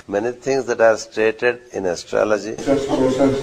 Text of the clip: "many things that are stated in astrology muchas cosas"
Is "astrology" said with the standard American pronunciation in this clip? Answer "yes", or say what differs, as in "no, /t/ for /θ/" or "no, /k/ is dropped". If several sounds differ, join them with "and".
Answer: yes